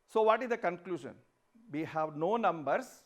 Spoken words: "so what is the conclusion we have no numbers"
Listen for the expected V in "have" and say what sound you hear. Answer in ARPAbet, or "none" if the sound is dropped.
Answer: V